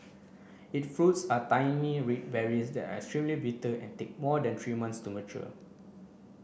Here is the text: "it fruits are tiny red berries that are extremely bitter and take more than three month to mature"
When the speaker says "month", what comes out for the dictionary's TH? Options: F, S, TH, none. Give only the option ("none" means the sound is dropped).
S